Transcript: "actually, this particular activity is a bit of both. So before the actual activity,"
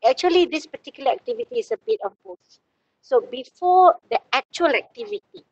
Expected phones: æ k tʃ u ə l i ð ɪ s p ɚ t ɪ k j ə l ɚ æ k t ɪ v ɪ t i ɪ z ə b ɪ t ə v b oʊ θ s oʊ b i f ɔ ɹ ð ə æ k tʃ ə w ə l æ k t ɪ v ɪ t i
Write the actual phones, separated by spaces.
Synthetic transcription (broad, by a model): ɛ k tʃ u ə l i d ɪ s p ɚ t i k j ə l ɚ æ k t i v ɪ t i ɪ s ə b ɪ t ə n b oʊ s s oʊ b i f ɔ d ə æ k tʃ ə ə l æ k t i v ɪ t i